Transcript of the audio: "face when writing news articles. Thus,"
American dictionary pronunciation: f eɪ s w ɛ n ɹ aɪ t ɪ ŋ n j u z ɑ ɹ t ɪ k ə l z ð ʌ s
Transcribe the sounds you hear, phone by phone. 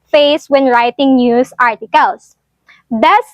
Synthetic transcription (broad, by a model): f eɪ s w ɛ n ɹ aɪ t ɪ ŋ n j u s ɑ ɹ t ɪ k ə l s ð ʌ s